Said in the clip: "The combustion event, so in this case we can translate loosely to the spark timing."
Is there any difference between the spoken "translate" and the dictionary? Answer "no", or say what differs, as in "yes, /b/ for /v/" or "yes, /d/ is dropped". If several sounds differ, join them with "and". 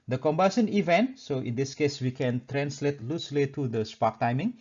no